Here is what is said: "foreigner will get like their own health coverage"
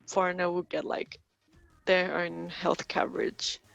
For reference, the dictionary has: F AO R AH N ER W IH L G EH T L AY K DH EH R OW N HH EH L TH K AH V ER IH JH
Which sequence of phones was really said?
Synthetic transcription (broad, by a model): F AO R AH N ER W IH L G EH T L AY K DH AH R OW N HH EH L TH K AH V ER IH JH